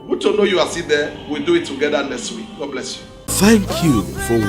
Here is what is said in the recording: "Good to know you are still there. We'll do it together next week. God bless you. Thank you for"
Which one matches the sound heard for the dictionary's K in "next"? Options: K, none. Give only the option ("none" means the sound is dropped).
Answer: none